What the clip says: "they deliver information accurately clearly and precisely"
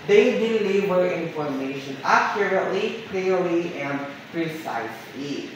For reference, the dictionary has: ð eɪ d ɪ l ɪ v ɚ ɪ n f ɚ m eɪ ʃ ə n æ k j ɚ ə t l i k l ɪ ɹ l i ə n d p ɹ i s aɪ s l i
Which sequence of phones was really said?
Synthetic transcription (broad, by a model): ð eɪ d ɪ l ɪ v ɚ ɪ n f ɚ m eɪ ʃ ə n æ k j ɚ ə t l i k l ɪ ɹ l i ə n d p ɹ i s aɪ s l i